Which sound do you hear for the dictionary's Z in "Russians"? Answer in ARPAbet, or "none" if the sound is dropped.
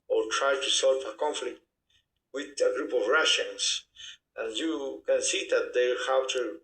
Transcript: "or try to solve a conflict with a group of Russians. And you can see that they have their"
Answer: S